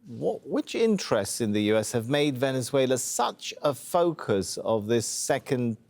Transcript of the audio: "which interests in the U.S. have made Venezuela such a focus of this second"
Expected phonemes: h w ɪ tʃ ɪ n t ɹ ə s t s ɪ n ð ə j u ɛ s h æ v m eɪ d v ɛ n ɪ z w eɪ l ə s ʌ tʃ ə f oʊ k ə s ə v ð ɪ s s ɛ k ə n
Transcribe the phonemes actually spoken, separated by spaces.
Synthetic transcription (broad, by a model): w w ɪ tʃ ɪ n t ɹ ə s t s ɪ n ð ə j u ɛ s h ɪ v m eɪ d v ɛ n ɪ z w eɪ l ə s ʌ tʃ ə f oʊ k ə s ə v ð ɪ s s ɛ k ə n